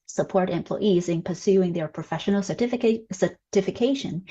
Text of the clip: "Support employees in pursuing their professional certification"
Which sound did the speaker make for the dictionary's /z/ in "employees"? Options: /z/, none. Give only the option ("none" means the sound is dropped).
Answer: /z/